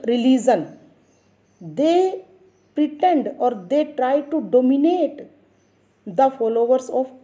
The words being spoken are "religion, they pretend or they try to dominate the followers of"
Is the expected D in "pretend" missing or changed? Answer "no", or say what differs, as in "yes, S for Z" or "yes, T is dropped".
no